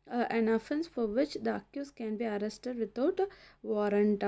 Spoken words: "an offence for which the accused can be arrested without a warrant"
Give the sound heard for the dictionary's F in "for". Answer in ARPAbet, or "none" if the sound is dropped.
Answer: F